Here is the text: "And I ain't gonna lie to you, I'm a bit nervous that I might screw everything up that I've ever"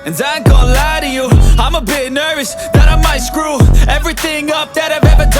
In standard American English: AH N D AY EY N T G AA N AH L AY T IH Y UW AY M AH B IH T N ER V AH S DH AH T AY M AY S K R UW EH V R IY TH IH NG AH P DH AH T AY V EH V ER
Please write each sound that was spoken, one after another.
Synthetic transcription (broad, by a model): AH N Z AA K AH L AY T IH Y UW AY M AH B IH T N ER V AH S DH AH T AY M AY S K R UW EH V R IY TH IH NG AH P DH AH T AY V EH V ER